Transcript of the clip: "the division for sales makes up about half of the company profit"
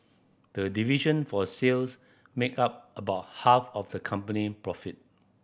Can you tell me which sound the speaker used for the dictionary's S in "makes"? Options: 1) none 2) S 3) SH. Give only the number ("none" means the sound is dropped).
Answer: 1